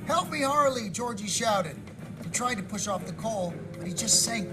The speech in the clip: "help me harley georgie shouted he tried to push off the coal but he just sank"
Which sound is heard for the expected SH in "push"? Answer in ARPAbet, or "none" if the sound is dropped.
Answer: SH